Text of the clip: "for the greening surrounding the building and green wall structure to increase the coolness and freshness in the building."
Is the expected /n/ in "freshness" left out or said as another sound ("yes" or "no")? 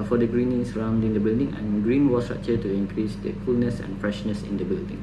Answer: no